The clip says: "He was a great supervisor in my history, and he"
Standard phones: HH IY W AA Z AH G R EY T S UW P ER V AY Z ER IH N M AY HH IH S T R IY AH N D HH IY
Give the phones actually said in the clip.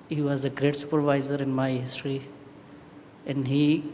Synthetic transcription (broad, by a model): HH IY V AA Z AH G R EY T S UW P ER V AY Z ER IH N M AY HH IH S T R IY AH N D HH IY